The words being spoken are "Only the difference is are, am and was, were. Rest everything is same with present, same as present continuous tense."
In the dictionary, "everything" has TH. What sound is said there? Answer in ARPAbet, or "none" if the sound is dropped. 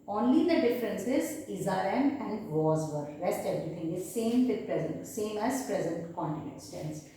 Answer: T